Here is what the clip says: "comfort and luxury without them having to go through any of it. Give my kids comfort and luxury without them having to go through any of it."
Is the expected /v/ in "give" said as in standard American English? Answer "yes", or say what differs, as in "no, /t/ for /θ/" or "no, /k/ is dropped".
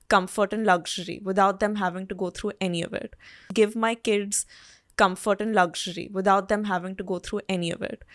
yes